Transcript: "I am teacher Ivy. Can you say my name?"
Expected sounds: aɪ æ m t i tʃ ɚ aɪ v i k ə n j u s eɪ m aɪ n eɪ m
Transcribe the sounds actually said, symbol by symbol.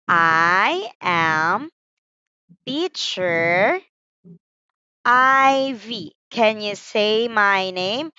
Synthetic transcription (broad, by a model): aɪ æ m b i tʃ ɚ aɪ v i k ə n j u s eɪ m aɪ n eɪ m